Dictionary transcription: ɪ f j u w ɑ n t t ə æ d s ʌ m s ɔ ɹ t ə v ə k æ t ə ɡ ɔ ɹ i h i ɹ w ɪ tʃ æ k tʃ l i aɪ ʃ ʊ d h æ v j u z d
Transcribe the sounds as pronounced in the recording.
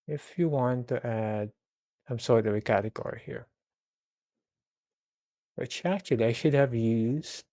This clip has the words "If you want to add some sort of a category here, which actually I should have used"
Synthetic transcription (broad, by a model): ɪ f j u w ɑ n t t æ d s ʌ m s ɔ ɹ t ə v ə k æ t ə ɡ ɔ ɹ i h i ɹ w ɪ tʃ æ tʃ i aɪ ʃ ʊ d h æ v j u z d